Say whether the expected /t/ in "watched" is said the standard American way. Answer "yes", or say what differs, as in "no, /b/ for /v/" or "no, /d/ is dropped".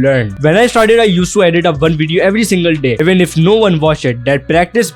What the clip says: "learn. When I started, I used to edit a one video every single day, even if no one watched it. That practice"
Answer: no, /t/ is dropped